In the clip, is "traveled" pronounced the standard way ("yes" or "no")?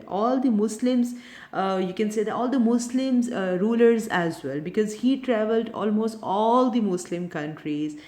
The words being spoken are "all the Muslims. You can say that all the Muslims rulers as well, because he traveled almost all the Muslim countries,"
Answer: yes